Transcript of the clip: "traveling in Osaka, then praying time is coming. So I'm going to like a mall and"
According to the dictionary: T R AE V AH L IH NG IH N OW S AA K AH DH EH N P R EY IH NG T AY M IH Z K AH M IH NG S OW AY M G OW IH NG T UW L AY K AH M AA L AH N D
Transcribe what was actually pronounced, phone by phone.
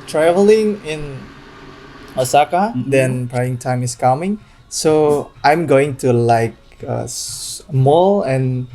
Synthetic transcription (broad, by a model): T R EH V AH L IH NG IH N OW S AA K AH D EH N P R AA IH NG T AY M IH S K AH M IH NG S OW AY M G OW IH NG T UW L AY K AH M AA L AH N